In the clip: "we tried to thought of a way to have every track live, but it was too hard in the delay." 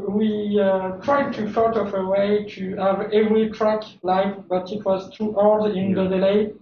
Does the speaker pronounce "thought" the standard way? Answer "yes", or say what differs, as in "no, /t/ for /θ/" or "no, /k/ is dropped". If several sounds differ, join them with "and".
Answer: no, /f/ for /θ/